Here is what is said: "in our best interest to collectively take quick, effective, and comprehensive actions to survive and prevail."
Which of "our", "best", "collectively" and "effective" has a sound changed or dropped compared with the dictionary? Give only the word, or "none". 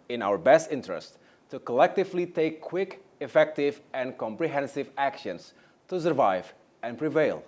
none